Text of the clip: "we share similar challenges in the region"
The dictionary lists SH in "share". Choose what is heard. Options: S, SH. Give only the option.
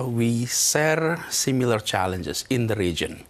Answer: S